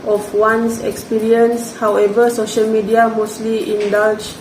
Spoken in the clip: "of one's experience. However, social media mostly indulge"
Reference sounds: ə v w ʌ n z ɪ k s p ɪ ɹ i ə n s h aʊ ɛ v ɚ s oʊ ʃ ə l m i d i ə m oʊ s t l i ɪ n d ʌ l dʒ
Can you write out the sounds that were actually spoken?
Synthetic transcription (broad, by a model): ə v w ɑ n s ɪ k s p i ɹ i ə n s h aʊ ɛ v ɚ s oʊ ʃ ə l m i d i ə m oʊ s t l i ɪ n d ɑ l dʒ